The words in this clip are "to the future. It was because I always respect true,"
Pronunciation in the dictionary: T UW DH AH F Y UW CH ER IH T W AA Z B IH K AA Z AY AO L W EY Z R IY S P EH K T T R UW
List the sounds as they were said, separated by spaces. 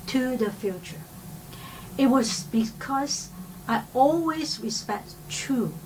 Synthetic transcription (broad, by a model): T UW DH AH F Y UW CH ER IH T W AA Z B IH K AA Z AY AO L W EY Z R IY S P EH K T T R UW